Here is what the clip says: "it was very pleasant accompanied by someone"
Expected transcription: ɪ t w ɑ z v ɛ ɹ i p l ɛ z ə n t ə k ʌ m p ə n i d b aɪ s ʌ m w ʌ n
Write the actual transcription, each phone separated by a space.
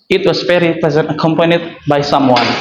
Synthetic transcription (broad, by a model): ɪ t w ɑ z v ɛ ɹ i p ɛ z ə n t ə k ʌ m p ə n i d b aɪ s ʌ m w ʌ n